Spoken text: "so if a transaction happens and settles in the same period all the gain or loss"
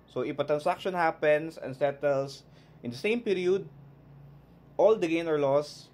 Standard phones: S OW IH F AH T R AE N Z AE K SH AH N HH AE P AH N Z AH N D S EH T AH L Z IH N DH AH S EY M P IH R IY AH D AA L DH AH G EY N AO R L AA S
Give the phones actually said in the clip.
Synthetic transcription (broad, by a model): S OW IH P AH T R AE N S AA K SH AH N HH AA P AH N S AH N S EH T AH L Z IH N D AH S EY M P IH R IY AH D AA L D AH G EY N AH R L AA S